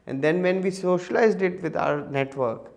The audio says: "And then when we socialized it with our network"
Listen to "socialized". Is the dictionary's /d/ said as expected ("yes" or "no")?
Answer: yes